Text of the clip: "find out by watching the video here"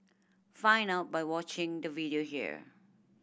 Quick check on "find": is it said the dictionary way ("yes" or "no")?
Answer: no